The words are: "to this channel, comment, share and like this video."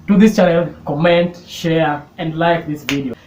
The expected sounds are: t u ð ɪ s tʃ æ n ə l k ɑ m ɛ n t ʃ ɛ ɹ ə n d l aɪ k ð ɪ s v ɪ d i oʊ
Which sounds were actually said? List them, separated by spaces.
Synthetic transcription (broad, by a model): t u ð ɪ s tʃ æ l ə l k ɑ m ɛ n t ʃ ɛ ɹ ə n d l aɪ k ð ɪ s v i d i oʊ